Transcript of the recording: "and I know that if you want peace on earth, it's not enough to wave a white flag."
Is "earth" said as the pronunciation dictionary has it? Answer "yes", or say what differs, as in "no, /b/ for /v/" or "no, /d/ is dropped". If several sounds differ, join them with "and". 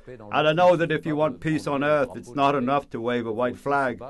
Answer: yes